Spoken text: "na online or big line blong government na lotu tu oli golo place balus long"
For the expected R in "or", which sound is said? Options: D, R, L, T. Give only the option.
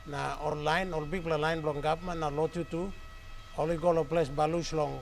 L